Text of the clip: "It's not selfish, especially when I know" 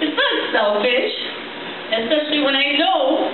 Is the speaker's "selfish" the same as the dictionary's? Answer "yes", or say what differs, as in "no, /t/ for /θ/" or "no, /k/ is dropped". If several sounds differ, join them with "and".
yes